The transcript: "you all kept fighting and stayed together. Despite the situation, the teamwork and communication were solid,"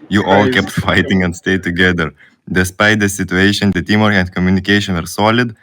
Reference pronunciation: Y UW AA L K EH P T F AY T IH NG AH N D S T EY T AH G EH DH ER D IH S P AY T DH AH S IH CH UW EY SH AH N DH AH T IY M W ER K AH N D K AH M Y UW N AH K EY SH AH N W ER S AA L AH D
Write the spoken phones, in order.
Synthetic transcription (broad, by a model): Y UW AA L K EH P T F AY T IH NG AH N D S T EY T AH G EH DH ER D IH S P AY T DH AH S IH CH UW EY SH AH N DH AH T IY M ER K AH N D K AH M Y UW N AH K EY SH AH N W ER S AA L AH D